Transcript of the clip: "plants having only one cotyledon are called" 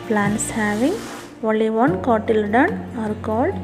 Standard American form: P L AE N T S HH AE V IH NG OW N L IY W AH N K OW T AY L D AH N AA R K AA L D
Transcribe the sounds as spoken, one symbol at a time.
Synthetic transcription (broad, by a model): P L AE N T S HH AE V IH NG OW L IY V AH N K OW T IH L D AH N AA R K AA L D